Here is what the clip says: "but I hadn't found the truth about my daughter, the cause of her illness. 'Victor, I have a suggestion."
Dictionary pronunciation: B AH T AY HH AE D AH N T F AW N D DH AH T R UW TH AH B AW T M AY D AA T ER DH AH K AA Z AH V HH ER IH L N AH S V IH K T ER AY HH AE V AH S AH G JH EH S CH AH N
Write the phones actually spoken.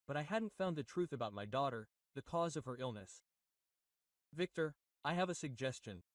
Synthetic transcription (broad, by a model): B AH T AY HH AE D N T F AW N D DH AH T R UW TH AH B AW T M AY D AA T ER DH AH K AA Z AH V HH ER IH L N AH S V IH K T ER AY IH V AH S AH G JH EH S CH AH N